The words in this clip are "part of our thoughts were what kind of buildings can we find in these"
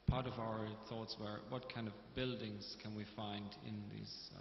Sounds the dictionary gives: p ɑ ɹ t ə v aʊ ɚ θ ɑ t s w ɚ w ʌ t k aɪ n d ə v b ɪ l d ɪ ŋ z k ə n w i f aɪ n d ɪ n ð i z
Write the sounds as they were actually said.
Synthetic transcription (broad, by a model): p ɑ ɹ t ə v aʊ ɚ θ ɑ t s w ɚ w ʌ t k aɪ n d ə v b ɪ l d ɪ ŋ z k ə n w i f aɪ n d ɪ n ð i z